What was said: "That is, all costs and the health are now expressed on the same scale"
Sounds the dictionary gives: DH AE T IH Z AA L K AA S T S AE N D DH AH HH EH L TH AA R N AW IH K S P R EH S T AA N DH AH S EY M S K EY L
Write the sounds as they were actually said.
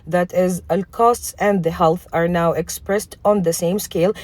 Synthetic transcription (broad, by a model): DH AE T IH Z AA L K AA S T S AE N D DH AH HH EH L TH AA R N AW IH K S P R EH S T AA N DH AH S EY M S K EY L